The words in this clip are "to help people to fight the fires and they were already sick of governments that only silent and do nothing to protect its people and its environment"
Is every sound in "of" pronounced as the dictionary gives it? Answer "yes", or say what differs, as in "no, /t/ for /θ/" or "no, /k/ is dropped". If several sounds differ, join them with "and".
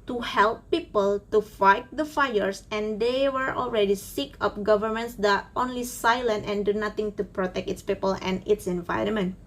no, /p/ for /v/